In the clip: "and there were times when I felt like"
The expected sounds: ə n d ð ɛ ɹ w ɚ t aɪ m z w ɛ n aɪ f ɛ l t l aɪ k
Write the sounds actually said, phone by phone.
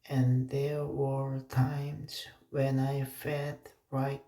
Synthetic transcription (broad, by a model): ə n ð ɛ ɹ w ɚ t aɪ m z w ɛ n aɪ f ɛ t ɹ aɪ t